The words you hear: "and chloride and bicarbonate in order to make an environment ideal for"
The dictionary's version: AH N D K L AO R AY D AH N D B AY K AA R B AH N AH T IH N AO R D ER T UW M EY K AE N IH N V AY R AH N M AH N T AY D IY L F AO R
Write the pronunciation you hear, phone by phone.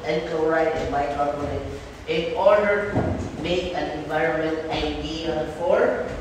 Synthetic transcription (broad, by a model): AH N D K AO R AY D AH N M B AY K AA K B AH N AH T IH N AO R D ER T UW M EY K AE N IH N V AY R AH N M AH N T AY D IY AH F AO R